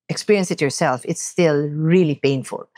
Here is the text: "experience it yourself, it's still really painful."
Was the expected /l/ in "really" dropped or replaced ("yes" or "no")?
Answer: no